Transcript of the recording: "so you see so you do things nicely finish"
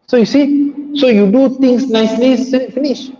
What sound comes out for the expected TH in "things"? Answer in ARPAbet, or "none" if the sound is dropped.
T